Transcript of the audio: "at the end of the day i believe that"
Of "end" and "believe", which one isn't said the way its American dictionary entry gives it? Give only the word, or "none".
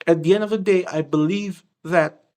none